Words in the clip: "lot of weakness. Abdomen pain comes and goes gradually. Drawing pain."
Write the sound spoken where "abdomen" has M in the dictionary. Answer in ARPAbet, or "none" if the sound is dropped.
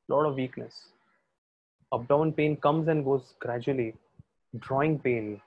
none